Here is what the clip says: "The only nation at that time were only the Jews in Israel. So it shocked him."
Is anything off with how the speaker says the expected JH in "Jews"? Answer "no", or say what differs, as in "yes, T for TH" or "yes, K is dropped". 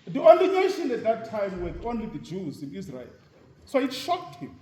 no